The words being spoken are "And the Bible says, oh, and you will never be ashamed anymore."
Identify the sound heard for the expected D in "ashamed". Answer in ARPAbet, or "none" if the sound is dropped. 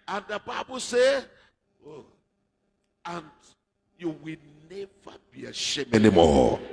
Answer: none